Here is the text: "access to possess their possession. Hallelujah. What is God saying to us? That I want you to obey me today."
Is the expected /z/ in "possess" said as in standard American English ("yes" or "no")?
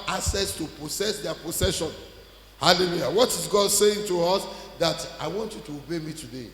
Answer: no